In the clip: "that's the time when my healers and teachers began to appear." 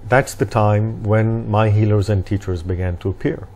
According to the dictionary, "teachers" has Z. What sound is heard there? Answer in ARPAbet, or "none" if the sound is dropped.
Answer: Z